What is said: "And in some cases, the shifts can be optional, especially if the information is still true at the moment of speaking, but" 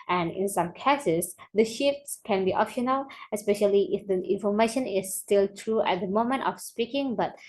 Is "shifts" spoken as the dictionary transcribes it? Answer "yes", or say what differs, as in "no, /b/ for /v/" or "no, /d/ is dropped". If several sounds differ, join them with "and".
yes